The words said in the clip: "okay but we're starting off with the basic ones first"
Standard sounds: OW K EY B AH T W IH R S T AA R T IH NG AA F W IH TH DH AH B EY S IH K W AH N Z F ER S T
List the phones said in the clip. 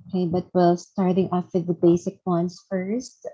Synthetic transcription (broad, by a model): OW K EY B AH T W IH L S T AA R T IH NG AA F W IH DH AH B EY S IH K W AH N S F ER S T